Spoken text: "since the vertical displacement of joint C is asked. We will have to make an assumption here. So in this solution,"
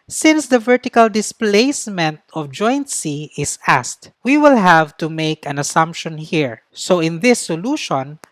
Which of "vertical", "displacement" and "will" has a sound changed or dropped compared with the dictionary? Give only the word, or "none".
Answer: none